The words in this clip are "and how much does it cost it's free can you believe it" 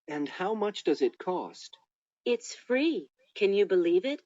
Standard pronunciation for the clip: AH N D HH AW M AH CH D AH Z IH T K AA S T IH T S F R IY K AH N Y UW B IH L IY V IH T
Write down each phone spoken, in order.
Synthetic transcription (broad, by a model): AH N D HH AW M AH CH D AH Z IH T K AA S T IH T S F R IY K AH N Y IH B IH L IY V IH T